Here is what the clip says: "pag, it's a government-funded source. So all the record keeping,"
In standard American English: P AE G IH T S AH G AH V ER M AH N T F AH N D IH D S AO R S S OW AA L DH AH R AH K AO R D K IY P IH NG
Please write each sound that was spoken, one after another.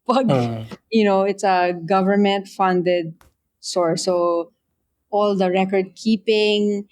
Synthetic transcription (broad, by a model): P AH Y IH T S AH G AH V ER M AH N T F AH N D IH D S AO R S S OW AA L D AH R AH K AO R D K IY P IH NG